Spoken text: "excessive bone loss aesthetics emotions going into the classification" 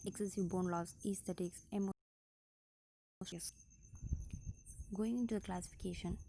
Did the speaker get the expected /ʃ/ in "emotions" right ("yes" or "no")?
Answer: no